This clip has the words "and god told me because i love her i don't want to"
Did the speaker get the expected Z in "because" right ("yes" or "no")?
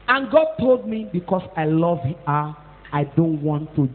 no